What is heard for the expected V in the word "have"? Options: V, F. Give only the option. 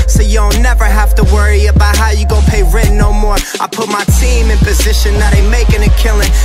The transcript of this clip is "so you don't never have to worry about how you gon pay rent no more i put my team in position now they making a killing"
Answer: F